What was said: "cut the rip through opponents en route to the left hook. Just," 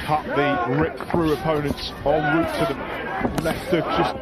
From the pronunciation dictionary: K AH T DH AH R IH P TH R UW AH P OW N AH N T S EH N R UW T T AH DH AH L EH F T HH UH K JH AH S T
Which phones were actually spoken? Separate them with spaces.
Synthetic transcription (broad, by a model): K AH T DH AH R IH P TH R UW AH P OW N AH N T S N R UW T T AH DH AH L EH T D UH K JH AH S